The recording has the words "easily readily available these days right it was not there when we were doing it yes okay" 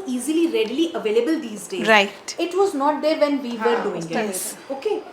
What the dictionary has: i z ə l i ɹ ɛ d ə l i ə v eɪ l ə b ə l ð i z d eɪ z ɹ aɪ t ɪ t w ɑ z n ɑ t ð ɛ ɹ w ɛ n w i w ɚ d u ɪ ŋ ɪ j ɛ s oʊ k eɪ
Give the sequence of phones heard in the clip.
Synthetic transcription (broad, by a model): i z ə l i ɹ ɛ d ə l i ə v eɪ l ə b ə l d i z d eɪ ɹ aɪ t ɪ t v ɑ z n ɑ t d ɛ ɹ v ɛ n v i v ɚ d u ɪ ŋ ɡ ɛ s oʊ k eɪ